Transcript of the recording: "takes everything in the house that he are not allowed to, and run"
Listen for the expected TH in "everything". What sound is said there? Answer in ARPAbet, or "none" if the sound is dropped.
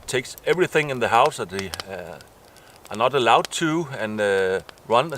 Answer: TH